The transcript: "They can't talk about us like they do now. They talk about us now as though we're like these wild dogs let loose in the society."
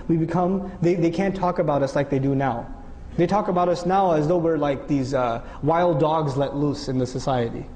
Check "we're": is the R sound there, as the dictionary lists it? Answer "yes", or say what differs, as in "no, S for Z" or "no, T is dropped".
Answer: yes